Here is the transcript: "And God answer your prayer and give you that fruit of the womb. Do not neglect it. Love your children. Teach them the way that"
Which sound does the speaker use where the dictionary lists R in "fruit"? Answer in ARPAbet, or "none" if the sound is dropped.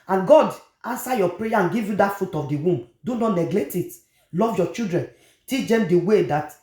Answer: none